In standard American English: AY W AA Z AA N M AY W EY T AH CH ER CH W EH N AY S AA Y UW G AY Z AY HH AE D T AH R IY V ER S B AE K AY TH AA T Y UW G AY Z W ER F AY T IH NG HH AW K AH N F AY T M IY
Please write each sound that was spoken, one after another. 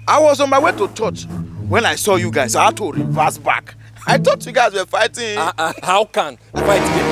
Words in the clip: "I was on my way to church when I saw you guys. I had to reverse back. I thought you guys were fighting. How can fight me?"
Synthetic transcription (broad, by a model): AY W AA Z AA N M AY W EY T AH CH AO CH W EH N AY S AA Y UW G AY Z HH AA T AH R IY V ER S B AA K AY T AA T Y UW G AY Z W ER F AY T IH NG HH AW K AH N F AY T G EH